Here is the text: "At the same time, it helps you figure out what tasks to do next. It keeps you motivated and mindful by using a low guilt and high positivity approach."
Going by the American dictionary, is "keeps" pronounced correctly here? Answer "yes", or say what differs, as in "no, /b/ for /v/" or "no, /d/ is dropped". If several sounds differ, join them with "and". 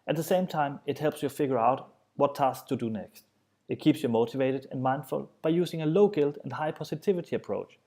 yes